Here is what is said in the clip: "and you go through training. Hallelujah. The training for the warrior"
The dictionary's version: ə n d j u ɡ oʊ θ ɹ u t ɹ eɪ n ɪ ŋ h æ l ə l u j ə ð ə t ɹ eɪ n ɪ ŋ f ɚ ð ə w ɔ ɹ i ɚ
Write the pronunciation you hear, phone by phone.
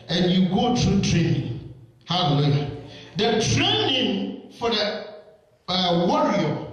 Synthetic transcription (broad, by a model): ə n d j u ɡ oʊ t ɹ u t ɹ eɪ n ɪ ŋ h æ l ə l u j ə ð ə t ɹ eɪ n ɪ ŋ f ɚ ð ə w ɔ ɹ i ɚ